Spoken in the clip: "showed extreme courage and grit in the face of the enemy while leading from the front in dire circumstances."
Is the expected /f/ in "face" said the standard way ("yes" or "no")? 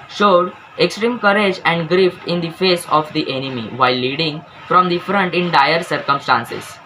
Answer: yes